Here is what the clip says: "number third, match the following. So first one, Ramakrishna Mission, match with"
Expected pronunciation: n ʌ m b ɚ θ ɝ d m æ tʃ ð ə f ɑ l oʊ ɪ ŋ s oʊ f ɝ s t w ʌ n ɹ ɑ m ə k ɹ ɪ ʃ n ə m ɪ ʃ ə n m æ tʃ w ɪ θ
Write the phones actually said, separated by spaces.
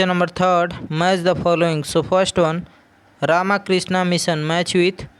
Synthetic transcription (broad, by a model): n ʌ m b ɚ t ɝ d m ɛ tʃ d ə p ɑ l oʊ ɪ ŋ s oʊ p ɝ s t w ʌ n ɹ ɑ m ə k ɹ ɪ s n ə m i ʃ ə n m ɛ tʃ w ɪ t